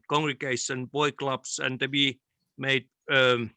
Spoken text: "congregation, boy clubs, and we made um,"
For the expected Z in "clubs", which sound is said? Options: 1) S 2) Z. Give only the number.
1